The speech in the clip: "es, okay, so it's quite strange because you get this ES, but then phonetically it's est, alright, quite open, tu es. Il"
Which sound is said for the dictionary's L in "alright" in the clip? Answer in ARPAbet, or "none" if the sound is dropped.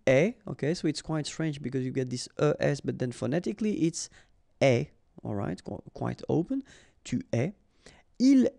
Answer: L